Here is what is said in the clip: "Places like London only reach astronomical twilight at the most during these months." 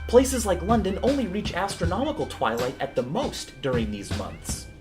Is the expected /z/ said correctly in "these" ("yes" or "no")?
yes